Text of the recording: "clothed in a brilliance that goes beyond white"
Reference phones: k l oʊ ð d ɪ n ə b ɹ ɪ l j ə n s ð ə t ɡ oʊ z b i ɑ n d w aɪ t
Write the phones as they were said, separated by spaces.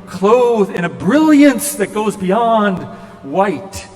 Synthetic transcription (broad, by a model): k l oʊ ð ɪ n ə b ɹ ɪ l j ə n s ð ə t ɡ oʊ z b i ɑ n d w aɪ t